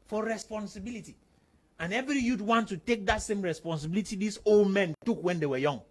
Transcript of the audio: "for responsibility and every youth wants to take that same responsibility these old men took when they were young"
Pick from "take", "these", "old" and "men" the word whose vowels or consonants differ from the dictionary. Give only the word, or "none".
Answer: these